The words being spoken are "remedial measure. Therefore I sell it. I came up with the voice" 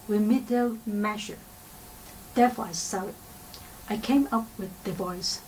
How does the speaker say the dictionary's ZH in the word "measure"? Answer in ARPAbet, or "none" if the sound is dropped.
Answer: SH